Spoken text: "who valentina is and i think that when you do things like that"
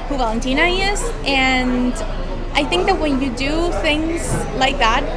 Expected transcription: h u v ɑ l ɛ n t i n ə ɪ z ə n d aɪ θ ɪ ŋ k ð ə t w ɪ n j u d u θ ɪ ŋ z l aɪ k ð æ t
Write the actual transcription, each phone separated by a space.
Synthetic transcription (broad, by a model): h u v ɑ l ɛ n t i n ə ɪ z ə n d aɪ θ ɪ ŋ k ð ə t w ɪ n j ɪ d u θ ɪ ŋ z l aɪ k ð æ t